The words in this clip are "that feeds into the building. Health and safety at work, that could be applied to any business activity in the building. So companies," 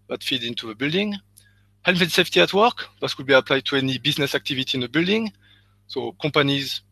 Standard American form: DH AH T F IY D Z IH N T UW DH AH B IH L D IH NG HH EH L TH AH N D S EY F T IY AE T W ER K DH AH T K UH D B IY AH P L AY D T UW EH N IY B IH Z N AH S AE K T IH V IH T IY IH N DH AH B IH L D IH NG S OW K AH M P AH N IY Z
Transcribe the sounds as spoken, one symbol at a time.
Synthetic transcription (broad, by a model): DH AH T F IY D IH N T UW DH AH B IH L D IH NG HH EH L F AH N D S EY F T IY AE T W ER K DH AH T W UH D B IY AH P L AY D T UW EH N IY B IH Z N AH S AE K T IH V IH T IY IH N DH AH B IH L D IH NG S OW K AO M P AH N IY Z